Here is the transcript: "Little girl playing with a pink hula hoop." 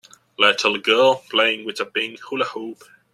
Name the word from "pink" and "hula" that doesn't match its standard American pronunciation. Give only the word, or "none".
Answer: pink